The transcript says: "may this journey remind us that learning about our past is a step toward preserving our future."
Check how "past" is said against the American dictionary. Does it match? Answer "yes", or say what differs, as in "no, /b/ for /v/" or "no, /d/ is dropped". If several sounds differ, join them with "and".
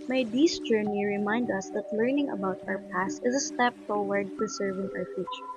yes